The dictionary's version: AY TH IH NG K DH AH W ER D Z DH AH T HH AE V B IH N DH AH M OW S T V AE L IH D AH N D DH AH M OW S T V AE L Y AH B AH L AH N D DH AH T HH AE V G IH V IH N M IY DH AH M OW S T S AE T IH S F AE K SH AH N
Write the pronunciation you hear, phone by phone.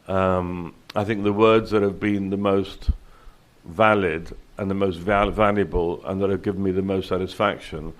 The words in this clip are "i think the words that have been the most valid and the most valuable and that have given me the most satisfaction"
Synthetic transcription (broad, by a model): AY TH IH NG K DH AH W ER D Z DH AH T HH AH V B IH N DH AH M OW S T V AE L IH D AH N DH AH M OW S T V AE L Y AH B AH L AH N DH AH T HH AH V G IH V N M IY DH AH M OW S T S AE T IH S F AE K SH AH N